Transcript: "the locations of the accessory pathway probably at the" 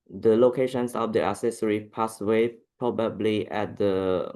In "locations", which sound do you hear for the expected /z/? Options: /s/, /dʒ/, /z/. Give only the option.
/s/